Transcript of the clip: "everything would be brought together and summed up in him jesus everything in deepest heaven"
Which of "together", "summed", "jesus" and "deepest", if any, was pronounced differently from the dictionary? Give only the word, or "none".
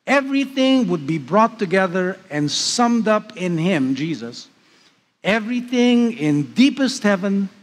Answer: none